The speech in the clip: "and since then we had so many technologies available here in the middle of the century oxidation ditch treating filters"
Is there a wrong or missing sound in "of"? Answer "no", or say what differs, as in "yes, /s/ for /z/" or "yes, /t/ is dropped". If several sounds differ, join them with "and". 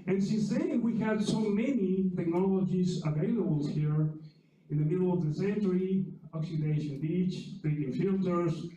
no